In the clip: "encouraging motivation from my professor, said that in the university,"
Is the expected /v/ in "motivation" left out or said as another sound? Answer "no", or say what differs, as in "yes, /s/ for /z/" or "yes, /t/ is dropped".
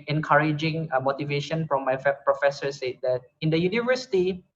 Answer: no